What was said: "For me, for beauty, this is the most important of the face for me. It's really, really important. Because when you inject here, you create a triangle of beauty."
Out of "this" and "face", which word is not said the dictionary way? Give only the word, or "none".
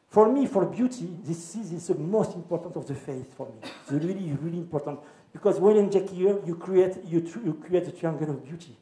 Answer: face